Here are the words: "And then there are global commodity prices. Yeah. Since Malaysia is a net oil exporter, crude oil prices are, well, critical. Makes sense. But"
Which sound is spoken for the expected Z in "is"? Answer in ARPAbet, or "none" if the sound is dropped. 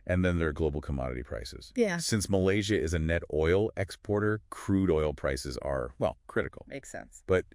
Z